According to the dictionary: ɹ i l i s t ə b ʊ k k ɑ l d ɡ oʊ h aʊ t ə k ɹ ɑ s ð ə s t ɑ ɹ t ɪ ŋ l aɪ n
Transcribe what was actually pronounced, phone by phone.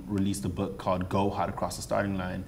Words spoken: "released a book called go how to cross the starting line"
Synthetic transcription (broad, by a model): ɹ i l i s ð ə b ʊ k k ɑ d ɡ oʊ h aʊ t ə k ɹ ɑ s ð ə s t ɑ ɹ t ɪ ŋ l aɪ n